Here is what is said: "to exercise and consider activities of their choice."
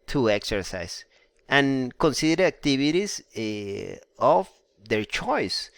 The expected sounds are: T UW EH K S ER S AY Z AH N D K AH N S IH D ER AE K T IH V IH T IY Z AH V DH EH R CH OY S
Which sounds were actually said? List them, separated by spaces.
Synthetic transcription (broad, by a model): T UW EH K S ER S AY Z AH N K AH N S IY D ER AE K T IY B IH T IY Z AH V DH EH R CH OY S